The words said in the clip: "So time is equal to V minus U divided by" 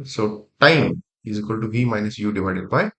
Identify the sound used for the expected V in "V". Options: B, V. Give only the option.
B